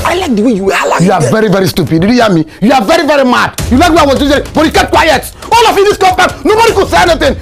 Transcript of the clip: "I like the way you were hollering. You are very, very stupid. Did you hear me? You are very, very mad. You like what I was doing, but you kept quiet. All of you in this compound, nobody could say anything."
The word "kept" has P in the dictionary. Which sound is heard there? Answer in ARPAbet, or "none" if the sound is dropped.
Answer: none